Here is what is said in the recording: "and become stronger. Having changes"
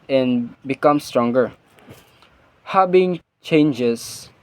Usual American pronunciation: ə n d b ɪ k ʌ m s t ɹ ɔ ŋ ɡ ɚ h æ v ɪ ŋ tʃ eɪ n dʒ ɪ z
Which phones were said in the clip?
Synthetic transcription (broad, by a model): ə n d b ɪ k ʌ m s t ɹ ɔ ŋ ɡ ɚ h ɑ b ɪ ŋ tʃ eɪ n dʒ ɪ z